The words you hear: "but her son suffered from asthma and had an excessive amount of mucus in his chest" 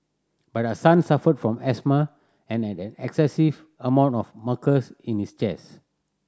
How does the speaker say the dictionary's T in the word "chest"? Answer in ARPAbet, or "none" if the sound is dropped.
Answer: none